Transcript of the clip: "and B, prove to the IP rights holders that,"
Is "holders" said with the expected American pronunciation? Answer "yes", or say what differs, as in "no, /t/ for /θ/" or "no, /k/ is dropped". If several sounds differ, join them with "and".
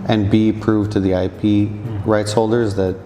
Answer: yes